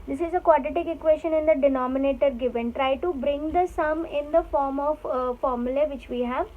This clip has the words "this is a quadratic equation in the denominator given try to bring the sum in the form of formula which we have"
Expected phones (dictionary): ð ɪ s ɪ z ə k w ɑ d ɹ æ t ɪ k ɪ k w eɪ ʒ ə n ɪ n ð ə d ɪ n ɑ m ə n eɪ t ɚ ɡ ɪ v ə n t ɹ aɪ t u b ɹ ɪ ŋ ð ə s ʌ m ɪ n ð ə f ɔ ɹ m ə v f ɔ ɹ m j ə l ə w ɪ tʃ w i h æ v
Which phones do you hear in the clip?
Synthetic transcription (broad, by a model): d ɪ s ɪ z ə k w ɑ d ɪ t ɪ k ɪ k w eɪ ʃ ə n ɪ n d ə d ɪ n ɑ m ə n eɪ t ɚ ɡ ɪ v ə n t ɹ aɪ t u b ɹ ɪ ŋ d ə s ʌ m ɪ n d ə f ɔ ɹ m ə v f ɔ ɹ m j ə l ə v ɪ tʃ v i h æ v